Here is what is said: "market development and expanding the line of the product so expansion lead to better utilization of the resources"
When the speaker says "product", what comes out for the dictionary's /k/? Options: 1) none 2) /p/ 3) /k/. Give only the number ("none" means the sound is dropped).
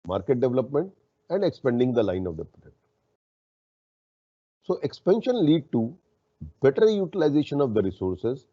1